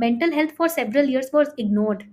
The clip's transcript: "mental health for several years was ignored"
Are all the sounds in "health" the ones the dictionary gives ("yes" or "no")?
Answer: no